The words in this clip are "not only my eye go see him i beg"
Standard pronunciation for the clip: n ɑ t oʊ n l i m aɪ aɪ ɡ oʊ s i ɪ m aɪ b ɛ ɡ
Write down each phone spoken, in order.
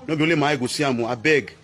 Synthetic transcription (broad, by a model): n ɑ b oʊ l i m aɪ aɪ ɡ oʊ s i ɪ m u b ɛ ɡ